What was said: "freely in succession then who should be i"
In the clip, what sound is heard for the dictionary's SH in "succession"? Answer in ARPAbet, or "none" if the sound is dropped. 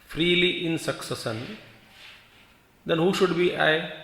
S